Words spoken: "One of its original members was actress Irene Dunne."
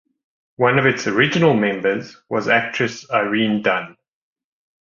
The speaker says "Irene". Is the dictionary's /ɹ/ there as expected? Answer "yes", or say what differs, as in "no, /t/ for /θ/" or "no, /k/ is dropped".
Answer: yes